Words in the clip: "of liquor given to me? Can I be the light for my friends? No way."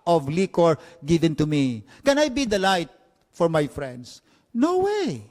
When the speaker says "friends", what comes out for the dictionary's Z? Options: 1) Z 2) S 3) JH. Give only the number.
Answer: 2